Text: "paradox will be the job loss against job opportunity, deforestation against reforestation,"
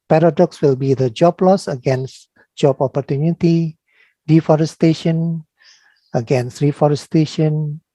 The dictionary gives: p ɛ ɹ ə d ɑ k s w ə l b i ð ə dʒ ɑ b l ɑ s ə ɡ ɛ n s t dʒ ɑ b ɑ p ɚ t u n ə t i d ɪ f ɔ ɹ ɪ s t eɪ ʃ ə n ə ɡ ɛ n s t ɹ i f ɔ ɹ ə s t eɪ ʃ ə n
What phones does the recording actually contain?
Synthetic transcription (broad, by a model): p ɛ ɹ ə d ɑ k s w ə l b i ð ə dʒ ɑ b l ɑ s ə ɡ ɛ n s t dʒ ɑ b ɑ p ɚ t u n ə t i d ɪ f ɔ ɹ ɪ s t eɪ ʃ ə n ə ɡ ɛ n s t ɹ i f ɔ ɹ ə s t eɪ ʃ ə n